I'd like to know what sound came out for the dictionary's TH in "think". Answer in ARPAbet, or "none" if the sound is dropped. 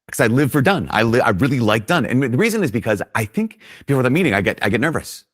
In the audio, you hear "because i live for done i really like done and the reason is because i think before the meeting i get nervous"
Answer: TH